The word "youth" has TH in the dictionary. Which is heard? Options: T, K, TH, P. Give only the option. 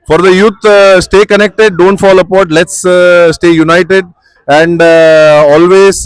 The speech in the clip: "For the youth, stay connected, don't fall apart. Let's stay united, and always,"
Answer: T